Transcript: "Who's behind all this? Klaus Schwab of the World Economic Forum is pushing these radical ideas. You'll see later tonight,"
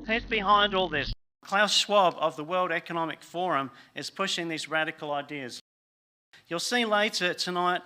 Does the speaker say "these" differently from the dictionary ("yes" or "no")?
no